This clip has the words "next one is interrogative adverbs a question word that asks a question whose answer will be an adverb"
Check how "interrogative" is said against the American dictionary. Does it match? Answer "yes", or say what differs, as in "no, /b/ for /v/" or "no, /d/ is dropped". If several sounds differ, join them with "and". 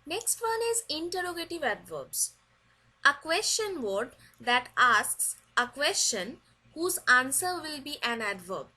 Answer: yes